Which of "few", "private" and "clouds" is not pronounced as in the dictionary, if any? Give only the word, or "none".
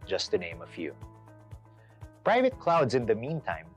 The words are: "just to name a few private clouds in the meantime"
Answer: none